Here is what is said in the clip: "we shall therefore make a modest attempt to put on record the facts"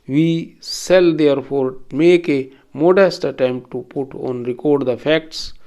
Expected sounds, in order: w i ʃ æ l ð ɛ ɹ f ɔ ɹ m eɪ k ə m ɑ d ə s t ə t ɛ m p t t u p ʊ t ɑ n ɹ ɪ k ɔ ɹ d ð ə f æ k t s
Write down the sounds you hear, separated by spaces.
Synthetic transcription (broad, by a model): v i s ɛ l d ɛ ɹ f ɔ ɹ m eɪ k ə m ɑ d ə s t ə t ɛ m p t t u p ʊ t ɑ n ɹ ɪ k ɔ ɹ d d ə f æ k t s